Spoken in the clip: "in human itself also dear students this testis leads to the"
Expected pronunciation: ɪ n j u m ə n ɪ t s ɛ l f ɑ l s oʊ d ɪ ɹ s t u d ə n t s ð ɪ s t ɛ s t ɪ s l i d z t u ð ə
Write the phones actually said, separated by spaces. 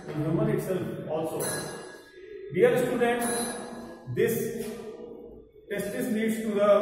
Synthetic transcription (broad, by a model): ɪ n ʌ m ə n ɪ t s ɛ l f ɑ l s oʊ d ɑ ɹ s t u d ə n t s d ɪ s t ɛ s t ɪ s n i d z t u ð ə